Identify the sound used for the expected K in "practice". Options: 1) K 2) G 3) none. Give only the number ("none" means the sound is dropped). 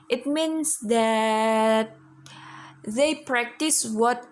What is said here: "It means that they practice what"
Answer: 1